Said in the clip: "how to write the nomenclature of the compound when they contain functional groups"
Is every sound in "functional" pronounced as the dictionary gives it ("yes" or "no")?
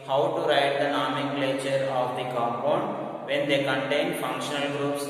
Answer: yes